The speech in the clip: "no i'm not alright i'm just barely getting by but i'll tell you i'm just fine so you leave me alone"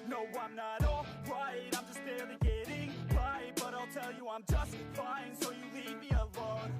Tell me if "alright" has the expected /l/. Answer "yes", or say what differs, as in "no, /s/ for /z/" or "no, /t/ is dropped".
no, /l/ is dropped